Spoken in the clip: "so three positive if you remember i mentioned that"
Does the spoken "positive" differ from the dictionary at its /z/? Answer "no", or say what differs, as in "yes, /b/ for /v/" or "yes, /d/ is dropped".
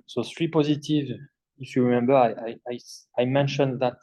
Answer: no